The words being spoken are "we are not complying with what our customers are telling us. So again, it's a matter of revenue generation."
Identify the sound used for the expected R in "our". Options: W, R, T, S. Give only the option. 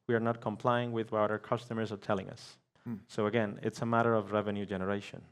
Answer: R